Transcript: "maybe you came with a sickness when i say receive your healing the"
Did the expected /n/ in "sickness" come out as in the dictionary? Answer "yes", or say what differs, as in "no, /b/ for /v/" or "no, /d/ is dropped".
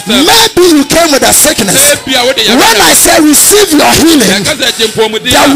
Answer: yes